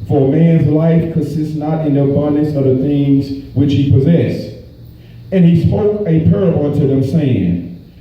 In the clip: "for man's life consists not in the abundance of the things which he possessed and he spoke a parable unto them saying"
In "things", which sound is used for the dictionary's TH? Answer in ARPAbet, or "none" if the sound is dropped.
TH